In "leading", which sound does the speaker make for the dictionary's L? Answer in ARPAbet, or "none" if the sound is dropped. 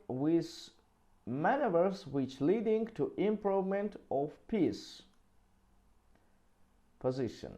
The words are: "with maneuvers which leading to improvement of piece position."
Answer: L